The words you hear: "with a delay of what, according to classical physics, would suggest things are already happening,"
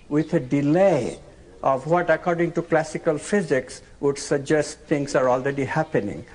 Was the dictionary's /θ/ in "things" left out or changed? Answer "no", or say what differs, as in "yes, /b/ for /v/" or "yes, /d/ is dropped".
yes, /t/ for /θ/